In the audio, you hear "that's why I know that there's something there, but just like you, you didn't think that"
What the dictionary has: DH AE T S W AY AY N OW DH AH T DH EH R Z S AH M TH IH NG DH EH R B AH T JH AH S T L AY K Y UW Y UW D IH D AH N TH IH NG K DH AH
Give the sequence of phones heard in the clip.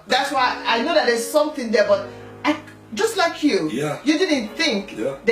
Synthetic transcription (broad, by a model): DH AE T S W AY AY N OW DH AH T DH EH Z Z S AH M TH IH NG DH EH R B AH T JH AH S T L AY K Y UW Y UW D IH D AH N TH IH NG K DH